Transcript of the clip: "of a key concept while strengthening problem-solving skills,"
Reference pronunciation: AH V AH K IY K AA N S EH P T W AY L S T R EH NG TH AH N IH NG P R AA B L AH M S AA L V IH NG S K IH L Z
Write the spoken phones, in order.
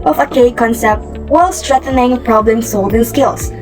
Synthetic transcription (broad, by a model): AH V AH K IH K AA N S EH P T W AY L S T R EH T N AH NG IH P R AA B L AH M S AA L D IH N S K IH L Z